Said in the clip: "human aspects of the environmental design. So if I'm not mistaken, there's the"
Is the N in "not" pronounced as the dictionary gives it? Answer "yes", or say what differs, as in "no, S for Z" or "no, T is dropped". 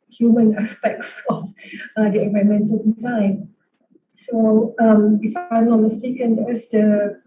no, L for N